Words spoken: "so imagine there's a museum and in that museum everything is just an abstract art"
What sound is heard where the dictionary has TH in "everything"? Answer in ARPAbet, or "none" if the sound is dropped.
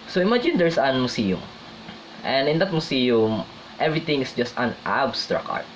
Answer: T